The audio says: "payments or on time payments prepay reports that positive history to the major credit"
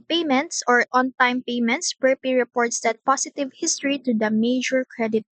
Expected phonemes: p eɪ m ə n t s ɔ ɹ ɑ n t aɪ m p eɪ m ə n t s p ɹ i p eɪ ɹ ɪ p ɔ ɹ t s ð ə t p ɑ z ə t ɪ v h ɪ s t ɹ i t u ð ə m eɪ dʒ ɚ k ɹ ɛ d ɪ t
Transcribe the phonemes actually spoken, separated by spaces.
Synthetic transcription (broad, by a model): p eɪ m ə n t s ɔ ɹ ɑ n t aɪ m p eɪ m ə n t s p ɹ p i ɹ ɪ p ɔ ɹ t s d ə t p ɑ s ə t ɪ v h ɪ s t ɹ i t u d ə m eɪ dʒ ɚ k ɹ ɛ d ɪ t